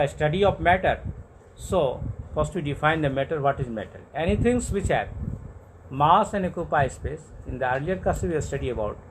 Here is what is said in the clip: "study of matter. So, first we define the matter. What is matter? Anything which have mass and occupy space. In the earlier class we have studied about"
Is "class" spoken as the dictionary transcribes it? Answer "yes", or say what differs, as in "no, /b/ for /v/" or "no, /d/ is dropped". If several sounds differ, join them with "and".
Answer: no, /l/ is dropped